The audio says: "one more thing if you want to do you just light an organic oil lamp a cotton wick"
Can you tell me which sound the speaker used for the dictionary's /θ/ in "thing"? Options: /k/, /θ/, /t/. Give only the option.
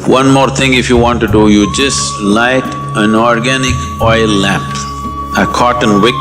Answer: /t/